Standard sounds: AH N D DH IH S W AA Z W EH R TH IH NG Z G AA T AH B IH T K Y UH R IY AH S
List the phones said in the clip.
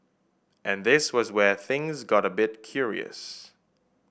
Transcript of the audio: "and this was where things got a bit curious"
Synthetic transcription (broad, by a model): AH N DH IH S W AA Z W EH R TH IH NG Z G AA T AH B IH T K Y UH R IY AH S